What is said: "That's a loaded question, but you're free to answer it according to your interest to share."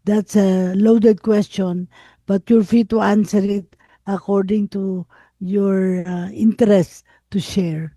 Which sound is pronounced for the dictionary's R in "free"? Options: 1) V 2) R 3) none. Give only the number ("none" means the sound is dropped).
3